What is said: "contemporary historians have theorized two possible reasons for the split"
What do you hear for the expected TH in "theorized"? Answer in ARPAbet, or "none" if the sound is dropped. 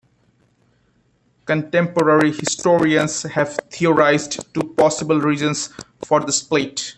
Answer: T